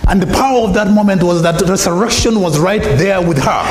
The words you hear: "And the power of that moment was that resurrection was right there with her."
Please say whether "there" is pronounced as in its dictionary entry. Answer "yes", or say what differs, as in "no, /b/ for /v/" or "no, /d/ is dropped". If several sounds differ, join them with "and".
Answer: yes